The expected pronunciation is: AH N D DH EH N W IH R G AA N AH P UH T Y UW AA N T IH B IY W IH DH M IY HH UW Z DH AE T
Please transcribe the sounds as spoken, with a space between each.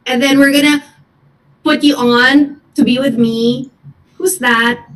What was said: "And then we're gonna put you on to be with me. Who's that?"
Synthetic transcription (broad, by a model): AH N DH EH N W IH R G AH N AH P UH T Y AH N T IH B IY W IH DH M IY HH UW Z DH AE T